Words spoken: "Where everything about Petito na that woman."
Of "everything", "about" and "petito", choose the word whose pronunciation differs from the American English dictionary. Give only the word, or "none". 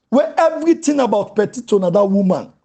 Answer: everything